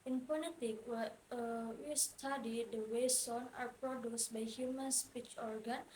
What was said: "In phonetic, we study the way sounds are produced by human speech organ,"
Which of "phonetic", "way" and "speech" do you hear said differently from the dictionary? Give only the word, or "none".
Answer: phonetic